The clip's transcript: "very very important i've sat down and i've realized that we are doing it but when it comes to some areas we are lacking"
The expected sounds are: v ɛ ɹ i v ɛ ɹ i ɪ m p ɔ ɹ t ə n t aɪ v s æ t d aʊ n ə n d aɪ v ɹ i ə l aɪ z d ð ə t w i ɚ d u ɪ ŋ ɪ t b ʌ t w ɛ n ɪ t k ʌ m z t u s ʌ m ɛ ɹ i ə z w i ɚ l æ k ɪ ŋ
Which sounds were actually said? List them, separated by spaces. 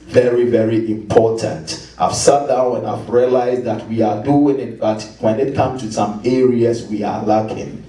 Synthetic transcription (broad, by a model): v ɛ ɹ i v ɛ ɹ i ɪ m p ɔ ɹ t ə n t aɪ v s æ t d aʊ ə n aɪ v ɹ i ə l aɪ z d ð ə t w i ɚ d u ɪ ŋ ɪ t b ʌ t w ɛ n ɪ t k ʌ m t u s ʌ m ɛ ɹ i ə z w i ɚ l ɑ k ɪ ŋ